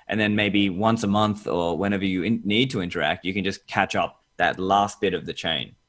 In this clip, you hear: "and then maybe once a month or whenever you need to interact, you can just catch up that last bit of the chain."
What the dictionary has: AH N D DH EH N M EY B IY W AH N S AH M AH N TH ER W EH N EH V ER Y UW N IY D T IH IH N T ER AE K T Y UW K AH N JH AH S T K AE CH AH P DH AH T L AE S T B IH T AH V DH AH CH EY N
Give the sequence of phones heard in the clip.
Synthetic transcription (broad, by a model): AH N DH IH N M EY B IY W AH N S AH M AH N TH ER W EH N EH V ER Y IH N IY D T IH IH N T ER AE K T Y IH K AH N JH AH S K AE CH AH P DH AH T L AE S T B IH T AH V DH AH CH EY N